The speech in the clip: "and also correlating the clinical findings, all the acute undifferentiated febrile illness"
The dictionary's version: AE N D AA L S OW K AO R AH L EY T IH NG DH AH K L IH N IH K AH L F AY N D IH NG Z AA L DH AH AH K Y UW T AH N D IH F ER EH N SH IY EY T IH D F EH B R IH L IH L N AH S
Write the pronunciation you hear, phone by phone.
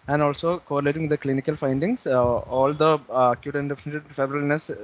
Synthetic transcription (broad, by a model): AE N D AA L S OW K AO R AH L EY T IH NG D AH K L IH N IH K AH L F AY N D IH NG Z AA L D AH AH K Y UW T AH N D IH F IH N IY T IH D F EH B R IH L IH N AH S